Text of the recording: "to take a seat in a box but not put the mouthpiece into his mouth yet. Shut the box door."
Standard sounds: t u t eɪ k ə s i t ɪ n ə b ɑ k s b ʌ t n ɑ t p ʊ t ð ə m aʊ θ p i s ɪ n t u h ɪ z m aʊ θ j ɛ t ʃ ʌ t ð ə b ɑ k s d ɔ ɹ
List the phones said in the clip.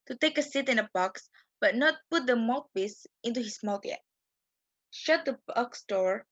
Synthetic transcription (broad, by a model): t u t eɪ k ə s i t ɪ n ə b ɑ k s b ʌ t n ɑ t p ʊ t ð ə m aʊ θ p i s ɪ n t u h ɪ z m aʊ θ j ɛ t ʃ ʌ t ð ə b ɑ k s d ɔ ɹ